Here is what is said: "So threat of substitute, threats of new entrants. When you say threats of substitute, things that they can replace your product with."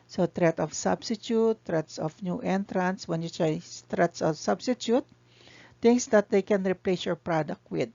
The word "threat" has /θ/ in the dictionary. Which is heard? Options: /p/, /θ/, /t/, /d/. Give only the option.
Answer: /t/